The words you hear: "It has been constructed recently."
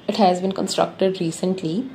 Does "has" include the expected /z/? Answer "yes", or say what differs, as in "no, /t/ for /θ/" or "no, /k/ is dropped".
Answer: yes